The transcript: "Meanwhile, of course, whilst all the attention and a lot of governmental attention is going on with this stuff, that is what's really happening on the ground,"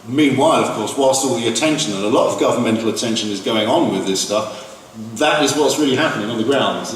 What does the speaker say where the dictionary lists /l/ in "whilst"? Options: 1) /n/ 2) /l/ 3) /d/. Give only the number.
2